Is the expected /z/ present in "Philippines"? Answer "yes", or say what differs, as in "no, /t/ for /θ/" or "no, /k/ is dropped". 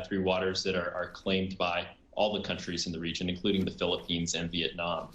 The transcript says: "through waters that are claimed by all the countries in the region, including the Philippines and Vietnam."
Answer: yes